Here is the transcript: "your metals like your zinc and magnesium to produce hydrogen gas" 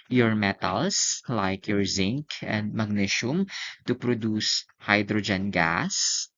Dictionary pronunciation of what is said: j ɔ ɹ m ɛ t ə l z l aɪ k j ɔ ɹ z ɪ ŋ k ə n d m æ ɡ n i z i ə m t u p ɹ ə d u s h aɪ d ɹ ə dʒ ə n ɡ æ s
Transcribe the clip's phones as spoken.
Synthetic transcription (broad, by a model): j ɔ ɹ m ɛ t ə l s l aɪ k j ɔ ɹ z ɪ ŋ k ə n d m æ ɡ n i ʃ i m t u p ɹ ə d u s h aɪ d ɹ ə dʒ ə n ɡ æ s